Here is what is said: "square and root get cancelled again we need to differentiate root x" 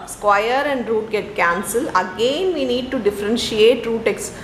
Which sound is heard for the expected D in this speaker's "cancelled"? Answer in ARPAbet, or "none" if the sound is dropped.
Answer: none